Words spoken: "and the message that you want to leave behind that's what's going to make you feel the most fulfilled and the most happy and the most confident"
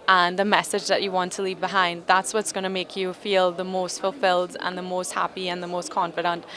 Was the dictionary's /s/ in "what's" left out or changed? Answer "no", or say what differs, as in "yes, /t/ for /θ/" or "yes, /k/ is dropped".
no